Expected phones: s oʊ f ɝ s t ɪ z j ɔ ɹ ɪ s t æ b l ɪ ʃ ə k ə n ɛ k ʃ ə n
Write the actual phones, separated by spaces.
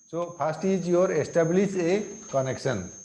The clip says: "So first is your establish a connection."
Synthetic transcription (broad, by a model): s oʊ p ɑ s t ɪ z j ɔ ɹ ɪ s t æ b l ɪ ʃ ə k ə n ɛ k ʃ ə n